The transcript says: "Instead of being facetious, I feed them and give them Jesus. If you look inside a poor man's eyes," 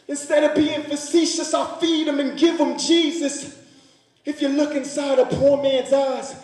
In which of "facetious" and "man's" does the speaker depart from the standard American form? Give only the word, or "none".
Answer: none